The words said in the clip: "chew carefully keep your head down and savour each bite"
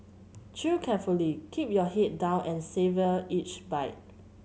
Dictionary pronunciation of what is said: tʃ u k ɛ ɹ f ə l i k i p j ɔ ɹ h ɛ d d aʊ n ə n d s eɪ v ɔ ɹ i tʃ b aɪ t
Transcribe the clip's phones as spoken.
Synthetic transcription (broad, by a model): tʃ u k ɛ f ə l i k i p j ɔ h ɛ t d aʊ n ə n s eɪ v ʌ i tʃ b aɪ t